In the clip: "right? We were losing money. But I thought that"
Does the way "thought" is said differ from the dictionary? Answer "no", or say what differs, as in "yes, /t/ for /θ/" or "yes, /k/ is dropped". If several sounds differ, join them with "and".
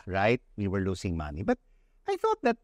no